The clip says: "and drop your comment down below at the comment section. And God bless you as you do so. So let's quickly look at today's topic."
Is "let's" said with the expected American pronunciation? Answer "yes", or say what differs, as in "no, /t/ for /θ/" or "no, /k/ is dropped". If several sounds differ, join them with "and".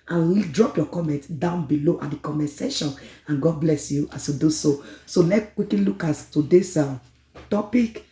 no, /s/ is dropped